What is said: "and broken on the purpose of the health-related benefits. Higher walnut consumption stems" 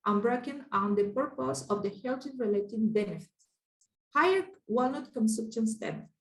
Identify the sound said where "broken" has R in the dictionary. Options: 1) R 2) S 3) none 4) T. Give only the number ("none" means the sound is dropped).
1